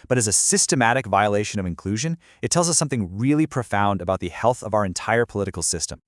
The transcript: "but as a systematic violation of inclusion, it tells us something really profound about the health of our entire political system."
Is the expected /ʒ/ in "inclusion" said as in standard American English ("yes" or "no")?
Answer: yes